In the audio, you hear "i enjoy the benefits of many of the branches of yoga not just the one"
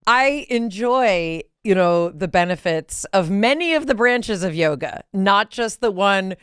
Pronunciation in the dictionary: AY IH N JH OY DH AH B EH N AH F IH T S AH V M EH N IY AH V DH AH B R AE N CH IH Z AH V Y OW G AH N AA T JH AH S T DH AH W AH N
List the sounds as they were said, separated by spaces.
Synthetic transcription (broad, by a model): AY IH N JH OY DH AH B EH N AH F IH T S AH V M EH N IY AH V DH AH B R AE N CH IH Z AH V Y OW G AH N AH T JH AH S T DH AH W AH N